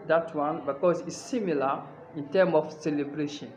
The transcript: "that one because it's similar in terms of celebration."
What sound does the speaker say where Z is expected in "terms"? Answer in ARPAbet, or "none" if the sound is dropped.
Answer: none